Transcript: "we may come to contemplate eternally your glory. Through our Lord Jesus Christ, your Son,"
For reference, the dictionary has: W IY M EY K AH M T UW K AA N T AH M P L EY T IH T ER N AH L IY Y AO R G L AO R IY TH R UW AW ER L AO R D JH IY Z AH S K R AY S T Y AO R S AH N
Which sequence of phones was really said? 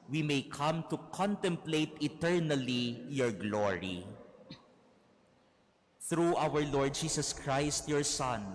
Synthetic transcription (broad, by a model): W IY M EY K AH M T UW K AA N T AH M P L EY T IH T ER N AH L IY Y AO R G L AO R IY TH R UW AW ER L AO R D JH IY S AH S K R AY S T Y AO R S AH N